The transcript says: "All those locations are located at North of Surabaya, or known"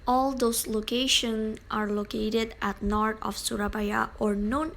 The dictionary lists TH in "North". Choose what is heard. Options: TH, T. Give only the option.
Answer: T